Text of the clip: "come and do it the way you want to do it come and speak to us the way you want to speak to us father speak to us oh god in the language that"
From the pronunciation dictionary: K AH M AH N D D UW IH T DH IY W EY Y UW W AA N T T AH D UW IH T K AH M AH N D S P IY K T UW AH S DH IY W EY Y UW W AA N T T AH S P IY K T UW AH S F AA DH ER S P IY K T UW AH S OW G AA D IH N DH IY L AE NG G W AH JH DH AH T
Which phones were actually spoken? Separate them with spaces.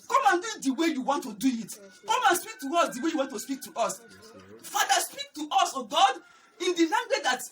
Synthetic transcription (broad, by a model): K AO M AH N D D UW IH T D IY W EY Y UW W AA N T T AH D UW IH T K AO M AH N S P IY K T UW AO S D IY W EY Y UW W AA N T T AH S P IY K T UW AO S F AA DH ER S P IY K T UW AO S OW G AA D IH N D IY N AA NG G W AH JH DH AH T